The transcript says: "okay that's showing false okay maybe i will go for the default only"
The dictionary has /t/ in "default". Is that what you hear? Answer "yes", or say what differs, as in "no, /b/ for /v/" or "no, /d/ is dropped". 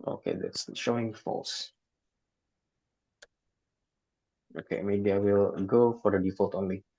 yes